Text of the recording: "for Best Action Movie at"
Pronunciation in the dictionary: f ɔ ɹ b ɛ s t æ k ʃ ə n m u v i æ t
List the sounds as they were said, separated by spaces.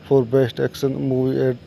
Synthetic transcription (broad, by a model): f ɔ ɹ b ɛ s t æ k s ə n m u v i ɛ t